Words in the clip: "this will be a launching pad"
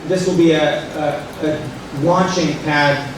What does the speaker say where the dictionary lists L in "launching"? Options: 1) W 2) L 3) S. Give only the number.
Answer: 1